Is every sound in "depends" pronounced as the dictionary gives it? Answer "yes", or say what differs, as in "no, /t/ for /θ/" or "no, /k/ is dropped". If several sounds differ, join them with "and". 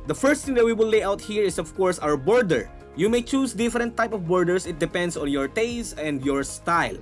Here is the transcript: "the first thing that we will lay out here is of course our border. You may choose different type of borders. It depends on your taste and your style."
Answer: no, /s/ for /z/